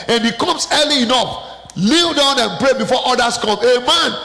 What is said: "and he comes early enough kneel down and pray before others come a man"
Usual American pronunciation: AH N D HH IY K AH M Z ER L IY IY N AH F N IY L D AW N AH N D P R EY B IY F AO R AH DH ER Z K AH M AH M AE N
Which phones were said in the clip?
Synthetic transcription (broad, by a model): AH N HH IY K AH M S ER L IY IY N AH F L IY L D AW N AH N P R EY B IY F AO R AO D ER S K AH M AH M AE N